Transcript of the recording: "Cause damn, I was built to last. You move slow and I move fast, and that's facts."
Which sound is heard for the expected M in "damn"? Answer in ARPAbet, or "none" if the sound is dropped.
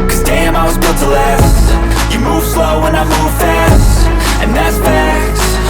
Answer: M